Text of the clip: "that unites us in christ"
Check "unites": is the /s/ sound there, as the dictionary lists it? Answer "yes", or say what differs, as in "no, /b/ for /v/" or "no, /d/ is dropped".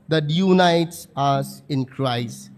yes